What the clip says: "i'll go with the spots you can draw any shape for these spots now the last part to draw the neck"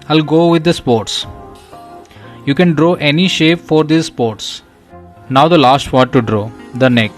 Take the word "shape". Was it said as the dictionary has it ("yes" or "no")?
yes